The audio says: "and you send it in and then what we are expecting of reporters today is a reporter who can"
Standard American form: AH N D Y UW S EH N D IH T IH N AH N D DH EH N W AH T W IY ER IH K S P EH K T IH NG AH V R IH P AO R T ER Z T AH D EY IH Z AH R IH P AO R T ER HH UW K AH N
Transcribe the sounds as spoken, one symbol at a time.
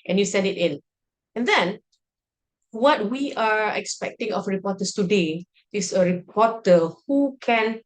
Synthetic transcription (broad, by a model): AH N Y UW S EH N D IH T IH N AH N D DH EH N W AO T W IY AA IH K S P EH K T IH NG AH F R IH P AO T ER S T AH D EY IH S AH R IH P AO T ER HH UW K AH N